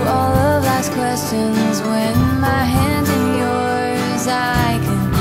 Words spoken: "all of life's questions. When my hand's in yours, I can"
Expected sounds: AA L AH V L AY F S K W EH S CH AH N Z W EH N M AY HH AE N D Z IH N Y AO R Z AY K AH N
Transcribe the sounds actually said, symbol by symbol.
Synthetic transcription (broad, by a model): AA L AH V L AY S K W EH S CH AH N Z W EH N M AY HH AE N D Z IH N Y AO R Z AY K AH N